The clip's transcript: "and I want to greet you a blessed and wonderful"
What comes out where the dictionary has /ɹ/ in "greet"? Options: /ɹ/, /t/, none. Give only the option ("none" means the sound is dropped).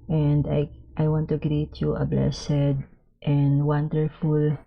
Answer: /ɹ/